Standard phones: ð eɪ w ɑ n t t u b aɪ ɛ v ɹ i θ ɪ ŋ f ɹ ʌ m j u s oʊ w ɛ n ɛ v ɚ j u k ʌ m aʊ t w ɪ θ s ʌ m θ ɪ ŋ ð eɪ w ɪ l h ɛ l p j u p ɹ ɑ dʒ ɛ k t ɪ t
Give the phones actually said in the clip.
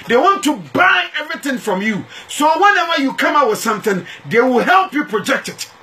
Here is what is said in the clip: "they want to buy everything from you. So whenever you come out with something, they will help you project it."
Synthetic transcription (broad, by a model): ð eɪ w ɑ n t t u b aɪ ɛ v ɹ i θ ɪ ŋ f ɹ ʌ m j u s oʊ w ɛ n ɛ w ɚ j u k ʌ m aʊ w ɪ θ s ʌ m θ ɪ ŋ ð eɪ w ɪ l h ɛ l p j u p ɹ ɑ dʒ ɛ k t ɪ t